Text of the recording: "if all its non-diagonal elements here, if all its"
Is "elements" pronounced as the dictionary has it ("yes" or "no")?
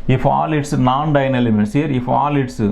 no